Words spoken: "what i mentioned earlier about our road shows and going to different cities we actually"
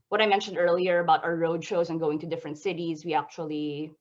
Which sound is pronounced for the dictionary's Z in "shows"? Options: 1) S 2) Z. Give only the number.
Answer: 2